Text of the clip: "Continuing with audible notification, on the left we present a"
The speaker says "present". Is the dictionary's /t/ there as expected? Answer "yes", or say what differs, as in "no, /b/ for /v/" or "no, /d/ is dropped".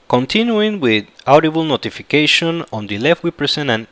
no, /t/ is dropped